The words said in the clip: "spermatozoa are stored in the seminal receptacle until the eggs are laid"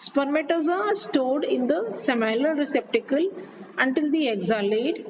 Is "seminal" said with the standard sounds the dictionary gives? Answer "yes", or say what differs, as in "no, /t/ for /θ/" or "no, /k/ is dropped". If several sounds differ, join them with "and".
no, /n/ is dropped